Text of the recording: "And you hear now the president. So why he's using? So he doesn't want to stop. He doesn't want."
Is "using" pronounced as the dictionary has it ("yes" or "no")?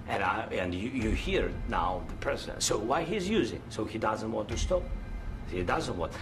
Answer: yes